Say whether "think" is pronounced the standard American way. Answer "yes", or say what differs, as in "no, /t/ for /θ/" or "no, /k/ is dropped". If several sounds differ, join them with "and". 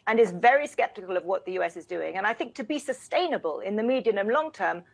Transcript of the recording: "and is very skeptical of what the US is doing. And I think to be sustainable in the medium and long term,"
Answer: yes